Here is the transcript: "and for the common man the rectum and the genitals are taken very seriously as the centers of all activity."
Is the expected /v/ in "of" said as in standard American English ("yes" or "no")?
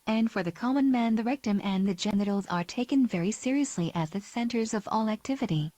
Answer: yes